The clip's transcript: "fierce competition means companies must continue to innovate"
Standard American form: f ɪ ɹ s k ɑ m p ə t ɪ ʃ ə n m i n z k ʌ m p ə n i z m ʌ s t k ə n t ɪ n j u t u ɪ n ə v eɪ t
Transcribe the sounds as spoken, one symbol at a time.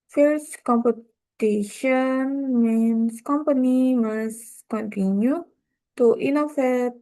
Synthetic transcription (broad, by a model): f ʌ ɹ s k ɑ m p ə t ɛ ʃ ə n m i n s k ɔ m p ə n i m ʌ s k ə n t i n j u t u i n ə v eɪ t